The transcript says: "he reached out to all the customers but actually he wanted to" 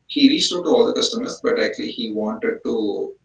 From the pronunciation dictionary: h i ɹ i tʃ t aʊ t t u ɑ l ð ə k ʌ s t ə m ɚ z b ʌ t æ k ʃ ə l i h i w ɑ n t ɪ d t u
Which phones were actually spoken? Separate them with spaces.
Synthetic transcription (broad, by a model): h i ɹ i s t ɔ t t u ɑ l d ə k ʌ s t ə m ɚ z b ʌ t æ k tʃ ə l i h i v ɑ n t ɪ d t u